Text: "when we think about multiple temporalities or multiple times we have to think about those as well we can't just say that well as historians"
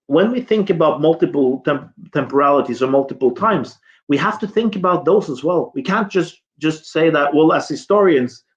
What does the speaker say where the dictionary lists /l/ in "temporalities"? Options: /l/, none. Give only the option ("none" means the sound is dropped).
/l/